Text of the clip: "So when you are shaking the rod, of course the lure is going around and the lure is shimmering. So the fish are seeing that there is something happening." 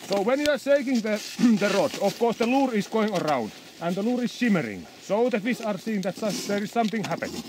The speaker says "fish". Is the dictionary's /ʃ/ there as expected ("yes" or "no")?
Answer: no